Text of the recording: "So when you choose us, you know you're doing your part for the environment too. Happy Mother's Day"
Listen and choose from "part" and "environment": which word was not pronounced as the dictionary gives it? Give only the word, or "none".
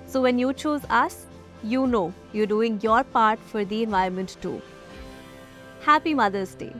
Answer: environment